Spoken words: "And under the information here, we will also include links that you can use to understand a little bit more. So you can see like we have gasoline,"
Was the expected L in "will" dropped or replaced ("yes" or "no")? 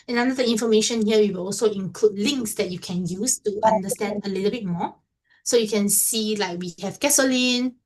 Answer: no